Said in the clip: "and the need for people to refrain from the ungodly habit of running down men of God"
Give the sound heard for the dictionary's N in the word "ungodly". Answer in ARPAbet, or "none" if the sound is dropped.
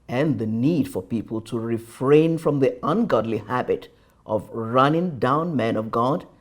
N